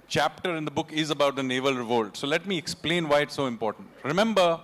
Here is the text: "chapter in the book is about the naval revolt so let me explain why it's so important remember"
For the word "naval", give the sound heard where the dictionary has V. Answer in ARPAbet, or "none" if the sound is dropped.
V